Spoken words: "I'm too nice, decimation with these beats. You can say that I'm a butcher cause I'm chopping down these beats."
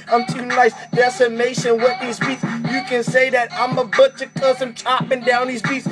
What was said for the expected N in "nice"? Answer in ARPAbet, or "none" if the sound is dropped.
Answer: L